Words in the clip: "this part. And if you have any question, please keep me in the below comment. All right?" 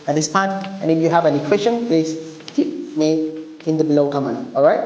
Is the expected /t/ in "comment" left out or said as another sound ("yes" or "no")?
yes